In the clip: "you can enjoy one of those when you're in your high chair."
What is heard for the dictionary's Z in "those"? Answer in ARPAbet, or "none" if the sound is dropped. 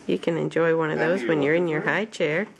Z